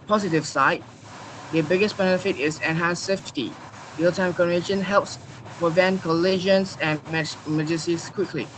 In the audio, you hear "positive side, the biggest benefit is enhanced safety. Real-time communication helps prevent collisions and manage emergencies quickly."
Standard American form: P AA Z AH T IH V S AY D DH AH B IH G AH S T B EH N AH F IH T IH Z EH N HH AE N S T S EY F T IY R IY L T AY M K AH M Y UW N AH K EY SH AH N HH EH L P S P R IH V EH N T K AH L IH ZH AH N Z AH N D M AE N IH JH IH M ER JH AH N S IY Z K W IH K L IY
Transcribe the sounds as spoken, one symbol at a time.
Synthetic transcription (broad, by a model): P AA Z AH T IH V S AY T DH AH B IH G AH S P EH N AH F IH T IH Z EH N HH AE N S S EY F T IY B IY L T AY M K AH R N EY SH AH N HH EH L P S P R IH V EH N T K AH L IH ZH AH N S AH N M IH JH M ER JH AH S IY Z K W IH K L IY